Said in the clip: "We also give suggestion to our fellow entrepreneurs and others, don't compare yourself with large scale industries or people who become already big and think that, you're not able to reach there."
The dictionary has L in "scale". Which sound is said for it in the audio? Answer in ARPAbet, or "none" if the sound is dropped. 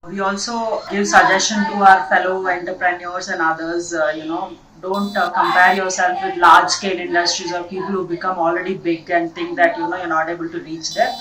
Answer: N